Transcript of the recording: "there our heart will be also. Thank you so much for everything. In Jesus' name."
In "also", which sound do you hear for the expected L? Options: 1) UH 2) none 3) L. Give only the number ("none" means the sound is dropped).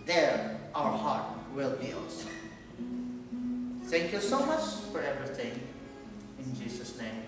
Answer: 2